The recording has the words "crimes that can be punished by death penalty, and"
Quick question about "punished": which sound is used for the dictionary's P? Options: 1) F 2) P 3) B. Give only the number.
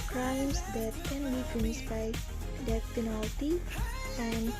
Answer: 1